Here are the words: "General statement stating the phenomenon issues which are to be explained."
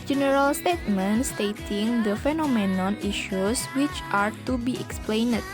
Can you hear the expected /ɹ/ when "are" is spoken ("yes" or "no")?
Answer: yes